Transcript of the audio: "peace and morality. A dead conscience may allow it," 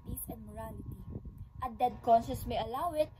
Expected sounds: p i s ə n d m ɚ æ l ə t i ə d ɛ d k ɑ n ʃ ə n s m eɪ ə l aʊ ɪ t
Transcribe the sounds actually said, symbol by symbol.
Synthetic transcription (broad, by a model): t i s ə n d m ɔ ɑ l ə t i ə d ɛ d k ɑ n s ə s m eɪ ə l aʊ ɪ t